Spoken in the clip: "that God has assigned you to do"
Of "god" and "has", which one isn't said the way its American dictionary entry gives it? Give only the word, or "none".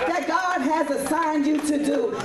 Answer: none